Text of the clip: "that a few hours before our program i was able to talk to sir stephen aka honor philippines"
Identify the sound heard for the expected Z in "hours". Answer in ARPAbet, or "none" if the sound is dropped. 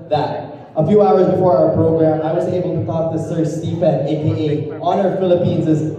Z